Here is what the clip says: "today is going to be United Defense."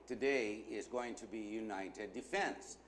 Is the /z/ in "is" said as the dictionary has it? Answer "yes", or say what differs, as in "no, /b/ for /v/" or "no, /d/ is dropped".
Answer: yes